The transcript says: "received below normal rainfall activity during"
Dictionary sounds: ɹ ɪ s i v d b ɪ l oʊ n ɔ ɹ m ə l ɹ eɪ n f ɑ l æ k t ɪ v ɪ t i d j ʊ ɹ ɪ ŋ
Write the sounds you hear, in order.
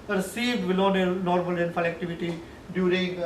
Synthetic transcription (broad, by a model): ɹ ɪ s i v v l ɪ n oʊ n ɔ ɹ m ə l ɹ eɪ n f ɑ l æ k t ɪ v ɪ t i d j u ɹ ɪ ŋ